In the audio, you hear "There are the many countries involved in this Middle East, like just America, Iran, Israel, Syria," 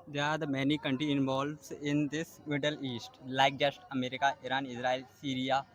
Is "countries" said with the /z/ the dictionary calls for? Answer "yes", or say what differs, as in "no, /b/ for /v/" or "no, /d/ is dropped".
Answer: no, /z/ is dropped